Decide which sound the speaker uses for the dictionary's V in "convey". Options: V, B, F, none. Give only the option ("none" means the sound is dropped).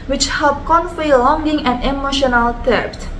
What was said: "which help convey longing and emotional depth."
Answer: F